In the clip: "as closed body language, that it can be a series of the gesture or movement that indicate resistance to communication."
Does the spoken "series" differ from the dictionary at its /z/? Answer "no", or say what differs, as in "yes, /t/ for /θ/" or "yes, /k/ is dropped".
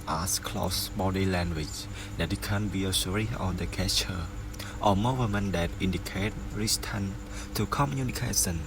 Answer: yes, /z/ is dropped